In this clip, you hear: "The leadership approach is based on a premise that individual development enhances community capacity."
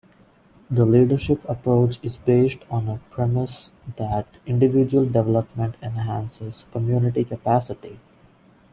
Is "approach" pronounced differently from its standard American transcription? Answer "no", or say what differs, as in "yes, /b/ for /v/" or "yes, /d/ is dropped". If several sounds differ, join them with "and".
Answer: no